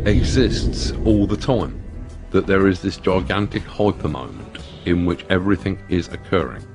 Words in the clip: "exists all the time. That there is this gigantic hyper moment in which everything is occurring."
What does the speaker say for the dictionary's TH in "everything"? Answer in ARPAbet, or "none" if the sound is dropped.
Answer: TH